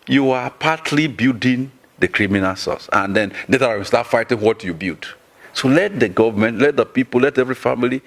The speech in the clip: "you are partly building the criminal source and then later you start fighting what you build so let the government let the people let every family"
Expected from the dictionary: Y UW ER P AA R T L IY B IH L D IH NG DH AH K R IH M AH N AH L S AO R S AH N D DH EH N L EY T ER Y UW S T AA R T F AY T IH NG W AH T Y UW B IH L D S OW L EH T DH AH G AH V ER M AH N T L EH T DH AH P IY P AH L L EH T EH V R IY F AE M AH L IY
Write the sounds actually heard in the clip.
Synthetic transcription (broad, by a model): Y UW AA P AA T L IY B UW D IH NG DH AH K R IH M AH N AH L S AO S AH N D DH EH N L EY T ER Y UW S T AA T F AY T IH NG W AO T Y UW B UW D S OW L EH T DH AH G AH V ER M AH N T L EH T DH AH P IY P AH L L EH T EH V R IY F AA M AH L IY